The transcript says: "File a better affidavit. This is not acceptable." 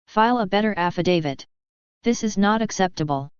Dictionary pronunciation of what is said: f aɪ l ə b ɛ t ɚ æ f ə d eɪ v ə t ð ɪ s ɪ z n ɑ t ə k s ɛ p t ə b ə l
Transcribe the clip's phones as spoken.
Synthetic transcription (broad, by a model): f aɪ l ə b ɛ t ɚ æ f ə d eɪ v ə t ð ɪ s ɪ z n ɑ t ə k s ɛ p t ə b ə l